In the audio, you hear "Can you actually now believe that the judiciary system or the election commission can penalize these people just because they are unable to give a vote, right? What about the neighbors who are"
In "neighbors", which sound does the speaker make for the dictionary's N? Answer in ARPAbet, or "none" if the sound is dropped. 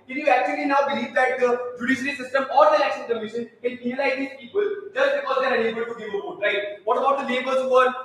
L